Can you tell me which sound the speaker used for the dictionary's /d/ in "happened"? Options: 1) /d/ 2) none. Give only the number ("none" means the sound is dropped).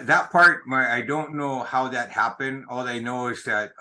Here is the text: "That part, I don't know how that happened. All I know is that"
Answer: 1